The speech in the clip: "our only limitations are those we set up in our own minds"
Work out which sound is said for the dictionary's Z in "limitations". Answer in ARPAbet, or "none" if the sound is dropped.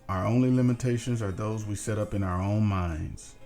Z